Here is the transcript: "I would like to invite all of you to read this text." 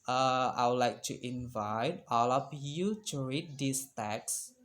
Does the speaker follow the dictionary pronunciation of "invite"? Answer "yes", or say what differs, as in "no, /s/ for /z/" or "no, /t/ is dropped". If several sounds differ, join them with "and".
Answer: yes